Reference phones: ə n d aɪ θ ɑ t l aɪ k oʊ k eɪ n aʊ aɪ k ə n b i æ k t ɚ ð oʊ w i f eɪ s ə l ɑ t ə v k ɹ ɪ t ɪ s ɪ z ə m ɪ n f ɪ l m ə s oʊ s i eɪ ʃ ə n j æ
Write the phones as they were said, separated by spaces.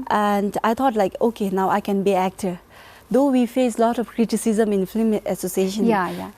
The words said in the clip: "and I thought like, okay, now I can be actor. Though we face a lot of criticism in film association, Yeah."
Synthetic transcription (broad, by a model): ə n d aɪ t ɑ t l aɪ k oʊ k eɪ n aʊ aɪ k ə n b i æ k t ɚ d oʊ w i f eɪ s l ɑ t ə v k ɹ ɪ t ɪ s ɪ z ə m ɪ n f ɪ m ə s oʊ s i eɪ ʃ ə n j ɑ